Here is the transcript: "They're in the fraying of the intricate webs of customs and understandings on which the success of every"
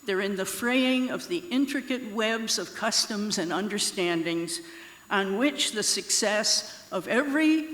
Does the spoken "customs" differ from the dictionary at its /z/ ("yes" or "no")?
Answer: no